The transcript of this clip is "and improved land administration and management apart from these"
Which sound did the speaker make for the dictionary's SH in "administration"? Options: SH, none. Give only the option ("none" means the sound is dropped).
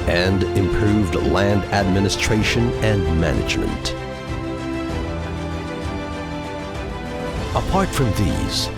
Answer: SH